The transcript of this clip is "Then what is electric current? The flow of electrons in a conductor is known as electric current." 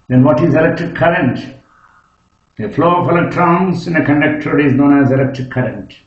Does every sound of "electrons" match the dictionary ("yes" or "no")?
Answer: no